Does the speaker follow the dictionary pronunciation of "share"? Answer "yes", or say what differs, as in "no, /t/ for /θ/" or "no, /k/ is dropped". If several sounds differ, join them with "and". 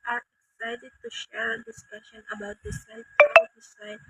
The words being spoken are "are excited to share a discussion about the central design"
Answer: yes